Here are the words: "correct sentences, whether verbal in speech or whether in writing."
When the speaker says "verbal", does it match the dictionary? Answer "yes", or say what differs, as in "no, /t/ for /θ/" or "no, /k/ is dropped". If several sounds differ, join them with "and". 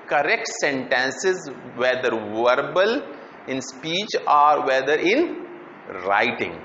yes